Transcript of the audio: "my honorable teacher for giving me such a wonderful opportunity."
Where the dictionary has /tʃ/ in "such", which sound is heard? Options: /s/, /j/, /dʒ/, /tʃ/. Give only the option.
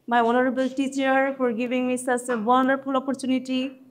/s/